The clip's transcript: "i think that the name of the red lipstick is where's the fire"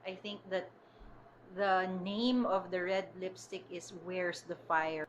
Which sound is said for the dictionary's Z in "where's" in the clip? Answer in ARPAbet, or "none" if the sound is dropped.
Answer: S